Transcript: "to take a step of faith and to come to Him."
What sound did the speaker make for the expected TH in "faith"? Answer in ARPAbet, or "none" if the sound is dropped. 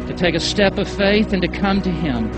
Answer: TH